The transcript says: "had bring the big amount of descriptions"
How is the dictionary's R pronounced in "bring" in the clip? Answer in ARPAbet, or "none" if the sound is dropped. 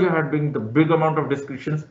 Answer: none